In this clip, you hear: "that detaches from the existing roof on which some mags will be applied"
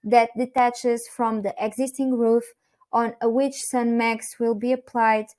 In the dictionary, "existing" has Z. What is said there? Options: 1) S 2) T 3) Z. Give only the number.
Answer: 3